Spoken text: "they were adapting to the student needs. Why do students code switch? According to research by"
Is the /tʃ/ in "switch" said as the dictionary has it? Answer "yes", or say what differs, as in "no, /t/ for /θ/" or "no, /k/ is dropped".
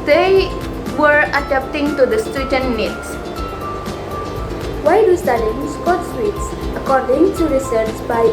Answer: no, /s/ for /tʃ/